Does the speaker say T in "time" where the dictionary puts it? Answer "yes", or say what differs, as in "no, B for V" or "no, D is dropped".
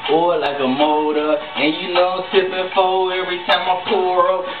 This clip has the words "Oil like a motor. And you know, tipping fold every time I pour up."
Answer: yes